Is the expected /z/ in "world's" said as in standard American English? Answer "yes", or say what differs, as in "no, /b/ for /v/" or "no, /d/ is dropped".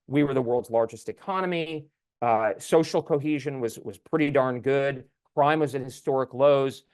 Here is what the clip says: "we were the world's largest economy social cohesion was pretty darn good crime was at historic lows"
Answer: yes